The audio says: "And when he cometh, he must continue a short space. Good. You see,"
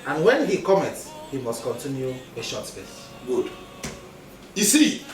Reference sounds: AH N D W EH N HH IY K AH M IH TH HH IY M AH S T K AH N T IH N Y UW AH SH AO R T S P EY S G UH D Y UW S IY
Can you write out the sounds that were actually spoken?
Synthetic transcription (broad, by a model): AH N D W EH N HH IY K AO M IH S HH IY M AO S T K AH N T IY N Y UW AH SH AO T S P EY S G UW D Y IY S IY